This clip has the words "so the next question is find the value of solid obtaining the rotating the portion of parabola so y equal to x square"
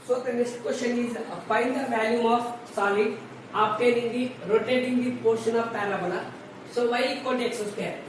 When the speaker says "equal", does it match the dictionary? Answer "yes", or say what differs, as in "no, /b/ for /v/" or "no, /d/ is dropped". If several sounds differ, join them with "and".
no, /n/ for /l/